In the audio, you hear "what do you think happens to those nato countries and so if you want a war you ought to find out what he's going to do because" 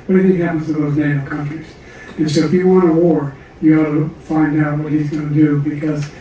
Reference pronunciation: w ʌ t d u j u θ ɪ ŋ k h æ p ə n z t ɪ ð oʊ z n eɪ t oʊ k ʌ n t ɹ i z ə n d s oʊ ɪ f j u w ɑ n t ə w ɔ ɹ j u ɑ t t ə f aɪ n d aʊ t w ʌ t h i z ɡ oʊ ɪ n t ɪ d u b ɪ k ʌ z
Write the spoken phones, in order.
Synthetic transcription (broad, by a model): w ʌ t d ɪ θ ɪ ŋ h æ p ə n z t ɪ ð oʊ z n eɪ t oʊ k ʌ n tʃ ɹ i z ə n s oʊ ɪ f j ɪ w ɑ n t ə w ɔ ɹ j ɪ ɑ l t ə f aɪ n d aʊ t w ʌ t h i z ɡ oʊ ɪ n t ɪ d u b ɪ k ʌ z